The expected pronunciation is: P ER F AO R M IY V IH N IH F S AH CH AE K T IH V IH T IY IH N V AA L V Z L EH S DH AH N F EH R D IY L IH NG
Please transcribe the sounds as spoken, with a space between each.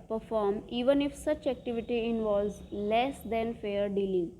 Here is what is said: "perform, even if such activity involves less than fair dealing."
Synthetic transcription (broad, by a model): P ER F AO R M IY V IH N IH F S AH CH AE K T IH V IH T IY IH N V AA L V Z L EH S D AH N F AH R D IY L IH NG